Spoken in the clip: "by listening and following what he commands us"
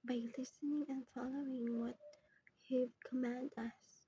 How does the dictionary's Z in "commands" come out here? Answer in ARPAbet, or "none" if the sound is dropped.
none